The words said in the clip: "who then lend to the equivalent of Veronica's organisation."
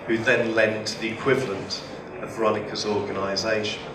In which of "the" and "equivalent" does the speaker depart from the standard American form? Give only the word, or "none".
none